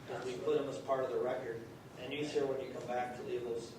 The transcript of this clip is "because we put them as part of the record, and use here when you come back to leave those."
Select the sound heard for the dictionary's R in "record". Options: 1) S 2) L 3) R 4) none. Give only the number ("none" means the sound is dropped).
3